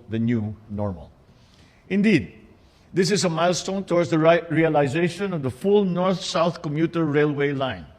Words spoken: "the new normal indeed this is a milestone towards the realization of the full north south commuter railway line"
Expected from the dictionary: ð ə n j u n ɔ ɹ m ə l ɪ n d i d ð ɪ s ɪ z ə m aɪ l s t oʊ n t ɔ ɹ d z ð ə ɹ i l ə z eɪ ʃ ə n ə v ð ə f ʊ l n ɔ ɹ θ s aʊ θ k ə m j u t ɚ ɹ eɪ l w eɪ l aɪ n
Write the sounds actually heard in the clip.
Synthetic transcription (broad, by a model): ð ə n j u n ɔ ɹ m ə l ɪ n d i d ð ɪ s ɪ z ə m aɪ l s t oʊ n t ɔ ɹ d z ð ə ɹ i l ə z eɪ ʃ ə n ə v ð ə f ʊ l n ɔ ɹ θ s aʊ θ k ə m j u t ɚ ɹ eɪ l w eɪ l aɪ n